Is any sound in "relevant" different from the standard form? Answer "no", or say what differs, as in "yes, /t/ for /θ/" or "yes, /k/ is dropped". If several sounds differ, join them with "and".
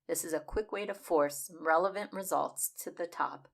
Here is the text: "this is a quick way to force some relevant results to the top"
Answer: no